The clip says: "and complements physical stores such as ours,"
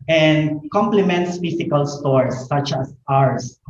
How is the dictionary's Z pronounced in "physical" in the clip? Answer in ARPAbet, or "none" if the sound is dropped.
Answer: S